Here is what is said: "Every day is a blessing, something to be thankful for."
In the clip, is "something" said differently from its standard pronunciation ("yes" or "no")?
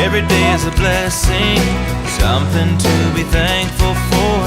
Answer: no